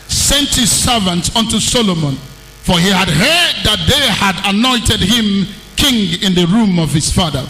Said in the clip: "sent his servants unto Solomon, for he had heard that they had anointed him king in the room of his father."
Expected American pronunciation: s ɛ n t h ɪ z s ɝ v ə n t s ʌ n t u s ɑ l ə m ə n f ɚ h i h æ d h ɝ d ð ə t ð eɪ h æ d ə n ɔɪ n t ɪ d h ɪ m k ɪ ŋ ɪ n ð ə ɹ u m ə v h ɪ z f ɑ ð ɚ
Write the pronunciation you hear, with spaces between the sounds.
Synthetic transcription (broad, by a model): s ɛ n t h ɪ z s ɝ v ə n t s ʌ n t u s ɑ l ə m ə n f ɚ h i h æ d h ɝ d ð ə t ð eɪ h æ d ə n ɔɪ n t ɪ d h ɪ m k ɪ ŋ ɪ n ð ə ɹ u m ə v h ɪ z f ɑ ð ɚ